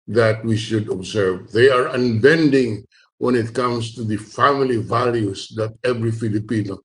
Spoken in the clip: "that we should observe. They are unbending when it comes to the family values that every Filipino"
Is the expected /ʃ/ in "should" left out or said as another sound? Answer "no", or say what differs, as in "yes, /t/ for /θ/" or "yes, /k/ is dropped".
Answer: no